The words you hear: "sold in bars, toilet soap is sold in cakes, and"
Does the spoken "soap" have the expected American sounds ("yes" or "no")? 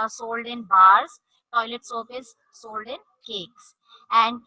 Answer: no